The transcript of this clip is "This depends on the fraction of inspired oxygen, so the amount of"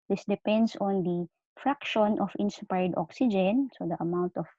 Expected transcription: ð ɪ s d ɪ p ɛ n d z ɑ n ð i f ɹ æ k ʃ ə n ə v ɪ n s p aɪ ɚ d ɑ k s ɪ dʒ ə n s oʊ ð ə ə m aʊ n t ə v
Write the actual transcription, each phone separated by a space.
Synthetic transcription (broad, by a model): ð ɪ s d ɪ p ɛ n d s ɑ n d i f ɹ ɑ k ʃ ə n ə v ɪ n s p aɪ d ɑ k s ɪ dʒ ə n s oʊ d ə ə m aʊ n t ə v